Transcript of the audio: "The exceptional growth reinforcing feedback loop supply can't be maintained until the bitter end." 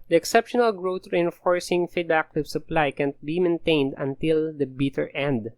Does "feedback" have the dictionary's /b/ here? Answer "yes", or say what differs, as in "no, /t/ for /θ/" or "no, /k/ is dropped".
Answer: no, /b/ is dropped